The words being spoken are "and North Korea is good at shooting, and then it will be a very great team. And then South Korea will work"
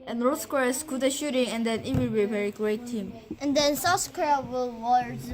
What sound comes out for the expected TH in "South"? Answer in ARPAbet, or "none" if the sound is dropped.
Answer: S